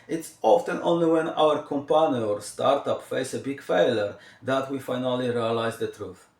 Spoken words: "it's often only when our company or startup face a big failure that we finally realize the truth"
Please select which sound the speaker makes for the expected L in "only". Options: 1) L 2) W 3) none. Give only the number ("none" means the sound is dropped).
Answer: 1